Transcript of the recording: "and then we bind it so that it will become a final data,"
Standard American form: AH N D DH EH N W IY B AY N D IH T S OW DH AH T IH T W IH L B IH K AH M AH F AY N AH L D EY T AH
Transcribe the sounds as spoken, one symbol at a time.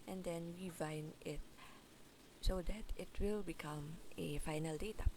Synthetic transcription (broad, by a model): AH N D EH N W IY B AY N IH T S OW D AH T IH T W IH L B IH K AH M AH F AY N AH L D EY T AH